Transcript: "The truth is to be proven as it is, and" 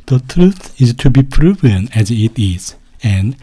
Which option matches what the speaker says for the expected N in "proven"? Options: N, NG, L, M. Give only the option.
N